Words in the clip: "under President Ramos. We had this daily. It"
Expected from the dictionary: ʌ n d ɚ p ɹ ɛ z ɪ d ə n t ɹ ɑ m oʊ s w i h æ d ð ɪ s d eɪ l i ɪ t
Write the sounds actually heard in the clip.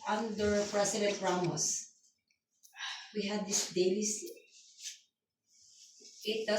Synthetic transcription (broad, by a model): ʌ n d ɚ p ɹ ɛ s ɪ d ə n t ɹ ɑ m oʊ s w i h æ d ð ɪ s d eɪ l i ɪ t